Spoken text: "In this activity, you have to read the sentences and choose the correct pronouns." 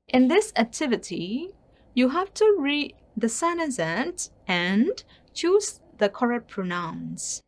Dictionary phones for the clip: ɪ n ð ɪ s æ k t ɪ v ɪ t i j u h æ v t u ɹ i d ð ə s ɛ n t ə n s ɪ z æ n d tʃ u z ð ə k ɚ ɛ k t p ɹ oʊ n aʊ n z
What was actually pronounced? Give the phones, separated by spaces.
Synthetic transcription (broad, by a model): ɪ n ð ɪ s æ k t ɪ v ɪ t i j u h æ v t u ɹ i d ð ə s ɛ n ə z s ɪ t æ n tʃ u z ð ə k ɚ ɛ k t p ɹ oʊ n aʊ n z